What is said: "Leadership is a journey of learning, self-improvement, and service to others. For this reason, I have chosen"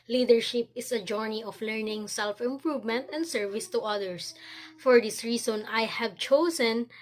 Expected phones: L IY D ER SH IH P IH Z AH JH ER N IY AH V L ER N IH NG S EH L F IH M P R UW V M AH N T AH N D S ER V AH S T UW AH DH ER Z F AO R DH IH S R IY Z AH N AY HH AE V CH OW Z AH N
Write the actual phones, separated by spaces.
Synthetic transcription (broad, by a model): L IY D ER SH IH P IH S AH JH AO N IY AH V L ER N IH NG S EH L F IH M P R UW V M AH N T AH N D S ER V AH S T UW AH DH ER S F AO R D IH S R IY S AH N AY HH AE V CH OW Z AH N